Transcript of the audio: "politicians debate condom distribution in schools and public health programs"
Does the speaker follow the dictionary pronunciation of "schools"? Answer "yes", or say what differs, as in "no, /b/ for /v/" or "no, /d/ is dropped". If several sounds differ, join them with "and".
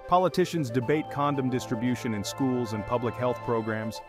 yes